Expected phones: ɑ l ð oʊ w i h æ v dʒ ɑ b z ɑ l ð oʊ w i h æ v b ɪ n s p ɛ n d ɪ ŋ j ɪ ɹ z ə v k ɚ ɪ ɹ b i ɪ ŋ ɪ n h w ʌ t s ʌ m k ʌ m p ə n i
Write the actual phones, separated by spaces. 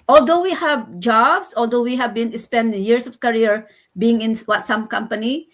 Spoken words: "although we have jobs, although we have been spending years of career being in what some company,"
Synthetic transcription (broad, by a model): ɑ l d oʊ w i h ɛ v dʒ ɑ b s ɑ l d oʊ w i h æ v b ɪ n s p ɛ n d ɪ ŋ j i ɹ s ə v k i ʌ ɹ b i ɪ ŋ ɪ n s w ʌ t s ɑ m k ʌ m p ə n i